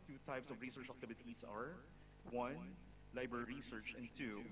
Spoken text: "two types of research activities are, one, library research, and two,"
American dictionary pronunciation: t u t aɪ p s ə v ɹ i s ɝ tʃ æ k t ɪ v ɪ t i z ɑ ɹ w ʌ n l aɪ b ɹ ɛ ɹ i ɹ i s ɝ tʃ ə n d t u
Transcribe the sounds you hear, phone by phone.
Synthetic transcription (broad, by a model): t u t aɪ p s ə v ɹ i s ɝ tʃ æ k t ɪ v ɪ t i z ɑ ɹ w ʌ n l aɪ b ɹ ɛ ɹ i ɹ i s ɝ tʃ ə n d t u